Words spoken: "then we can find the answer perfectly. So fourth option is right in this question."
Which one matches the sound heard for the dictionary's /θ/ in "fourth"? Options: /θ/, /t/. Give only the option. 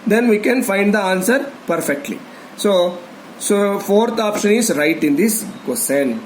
/t/